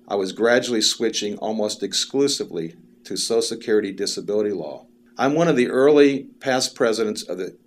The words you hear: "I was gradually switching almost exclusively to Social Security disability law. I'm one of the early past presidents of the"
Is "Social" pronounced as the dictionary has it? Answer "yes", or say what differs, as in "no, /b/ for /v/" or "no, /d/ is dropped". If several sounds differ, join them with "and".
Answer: no, /ʃ/ is dropped